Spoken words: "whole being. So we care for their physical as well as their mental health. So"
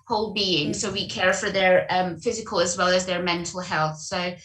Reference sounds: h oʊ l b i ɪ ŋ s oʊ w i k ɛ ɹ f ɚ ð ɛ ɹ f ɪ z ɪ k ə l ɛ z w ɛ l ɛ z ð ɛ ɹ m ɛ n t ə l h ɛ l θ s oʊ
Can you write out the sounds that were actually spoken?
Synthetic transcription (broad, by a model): h oʊ l b i ɪ ŋ s oʊ w i k ɛ ɹ f ɚ ð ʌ ɹ f ɪ z ɪ k ə l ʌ z w ɛ l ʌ z ð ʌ ɹ m ɛ n t ə l h ɛ l θ s oʊ